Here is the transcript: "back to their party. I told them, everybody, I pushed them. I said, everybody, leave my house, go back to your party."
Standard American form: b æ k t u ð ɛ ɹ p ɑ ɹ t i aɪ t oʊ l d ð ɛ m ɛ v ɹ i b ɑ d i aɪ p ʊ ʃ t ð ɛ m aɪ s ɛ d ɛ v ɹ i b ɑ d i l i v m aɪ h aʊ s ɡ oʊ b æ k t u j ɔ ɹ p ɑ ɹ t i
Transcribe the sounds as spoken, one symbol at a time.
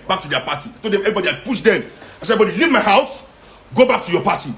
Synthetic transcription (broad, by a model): b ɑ k t u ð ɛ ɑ p ɑ t i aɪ t oʊ l d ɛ m ɛ v ɹ i b ɑ d i aɪ p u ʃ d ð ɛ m aɪ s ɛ ɛ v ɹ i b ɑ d i l i v m aɪ h aʊ s ɡ oʊ b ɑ k t u j ɔ p ɑ t i